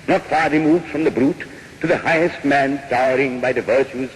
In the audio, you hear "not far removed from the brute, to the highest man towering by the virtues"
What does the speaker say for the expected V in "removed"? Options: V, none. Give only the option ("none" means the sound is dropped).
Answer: V